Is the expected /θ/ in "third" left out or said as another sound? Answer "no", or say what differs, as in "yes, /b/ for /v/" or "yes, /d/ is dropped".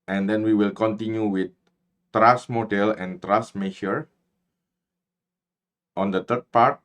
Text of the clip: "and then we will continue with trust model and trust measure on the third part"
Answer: yes, /t/ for /θ/